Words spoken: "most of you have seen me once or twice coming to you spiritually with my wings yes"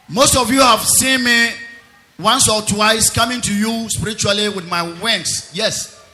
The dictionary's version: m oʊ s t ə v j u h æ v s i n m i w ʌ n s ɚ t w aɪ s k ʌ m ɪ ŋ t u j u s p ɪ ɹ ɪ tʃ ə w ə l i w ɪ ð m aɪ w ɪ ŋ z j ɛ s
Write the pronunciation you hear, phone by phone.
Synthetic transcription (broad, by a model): m oʊ s t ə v j u h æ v s i n m i w ʌ n s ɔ t w aɪ s k ʌ m ɪ ŋ t u j u s p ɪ ɹ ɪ tʃ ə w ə l i w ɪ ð m aɪ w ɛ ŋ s j ɛ s